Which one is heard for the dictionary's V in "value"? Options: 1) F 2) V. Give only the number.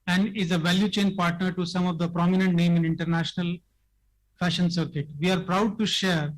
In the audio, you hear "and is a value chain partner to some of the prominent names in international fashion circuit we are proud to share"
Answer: 2